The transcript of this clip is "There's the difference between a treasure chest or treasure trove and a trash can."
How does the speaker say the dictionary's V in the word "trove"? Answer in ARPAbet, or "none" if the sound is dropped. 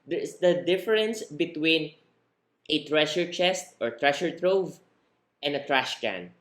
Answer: V